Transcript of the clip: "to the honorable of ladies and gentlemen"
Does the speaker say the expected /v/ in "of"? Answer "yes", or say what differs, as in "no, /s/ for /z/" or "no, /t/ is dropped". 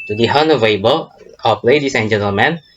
no, /p/ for /v/